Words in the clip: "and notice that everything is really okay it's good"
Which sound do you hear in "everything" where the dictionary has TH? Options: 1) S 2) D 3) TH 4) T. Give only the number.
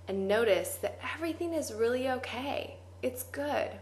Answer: 3